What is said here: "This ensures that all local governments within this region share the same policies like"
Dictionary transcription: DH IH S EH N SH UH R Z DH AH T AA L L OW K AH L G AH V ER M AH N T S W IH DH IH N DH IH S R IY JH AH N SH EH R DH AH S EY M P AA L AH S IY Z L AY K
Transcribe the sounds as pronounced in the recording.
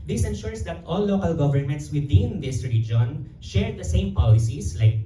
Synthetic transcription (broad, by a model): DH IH S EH N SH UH R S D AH T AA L L OW K AH L G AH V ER M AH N T S W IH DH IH N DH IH S R IY JH AH N SH EH R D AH S EY M P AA L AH S IY S L AY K